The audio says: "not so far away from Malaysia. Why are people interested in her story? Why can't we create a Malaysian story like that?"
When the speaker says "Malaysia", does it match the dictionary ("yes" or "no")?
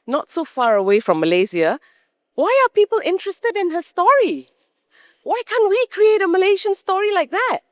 no